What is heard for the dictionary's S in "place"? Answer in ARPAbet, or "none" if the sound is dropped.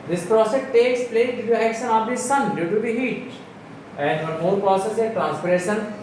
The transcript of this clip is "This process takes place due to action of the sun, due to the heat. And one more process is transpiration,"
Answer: none